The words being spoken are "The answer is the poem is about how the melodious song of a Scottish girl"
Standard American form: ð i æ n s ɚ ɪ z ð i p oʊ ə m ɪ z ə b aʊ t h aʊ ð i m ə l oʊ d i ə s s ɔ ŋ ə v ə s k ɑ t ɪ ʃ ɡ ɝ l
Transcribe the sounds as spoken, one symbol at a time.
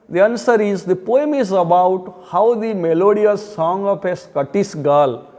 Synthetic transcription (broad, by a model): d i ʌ n s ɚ ɪ z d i p oʊ ə m ɪ z ə b aʊ t h aʊ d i m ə l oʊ d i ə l s ɔ ŋ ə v ə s k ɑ t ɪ s ɡ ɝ l